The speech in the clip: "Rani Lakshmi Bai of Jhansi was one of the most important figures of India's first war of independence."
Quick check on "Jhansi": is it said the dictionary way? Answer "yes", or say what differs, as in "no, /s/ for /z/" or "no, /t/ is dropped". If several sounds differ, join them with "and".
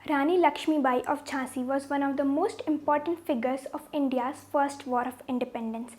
no, /tʃ/ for /dʒ/ and /n/ is dropped